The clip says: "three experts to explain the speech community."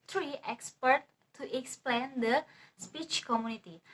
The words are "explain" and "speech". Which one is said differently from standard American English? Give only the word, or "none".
none